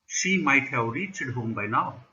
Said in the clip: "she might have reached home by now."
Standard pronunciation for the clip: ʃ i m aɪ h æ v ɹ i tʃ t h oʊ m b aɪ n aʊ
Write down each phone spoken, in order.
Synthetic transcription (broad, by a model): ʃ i m aɪ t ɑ w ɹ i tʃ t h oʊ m b aɪ n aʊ